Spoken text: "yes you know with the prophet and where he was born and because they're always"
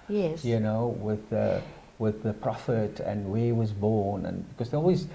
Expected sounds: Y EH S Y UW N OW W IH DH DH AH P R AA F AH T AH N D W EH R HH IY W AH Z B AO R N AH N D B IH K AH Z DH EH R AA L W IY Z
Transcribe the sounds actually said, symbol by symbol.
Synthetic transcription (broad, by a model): Y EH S Y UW N OW W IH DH DH AH P R AA F AH T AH N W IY W AH Z B AO R N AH N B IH K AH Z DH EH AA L W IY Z